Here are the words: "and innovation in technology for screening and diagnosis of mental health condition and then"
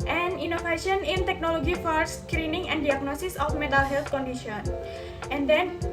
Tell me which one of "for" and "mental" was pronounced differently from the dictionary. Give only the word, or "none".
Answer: mental